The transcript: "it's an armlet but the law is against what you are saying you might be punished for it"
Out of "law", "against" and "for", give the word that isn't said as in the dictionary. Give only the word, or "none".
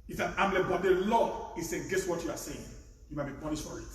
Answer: against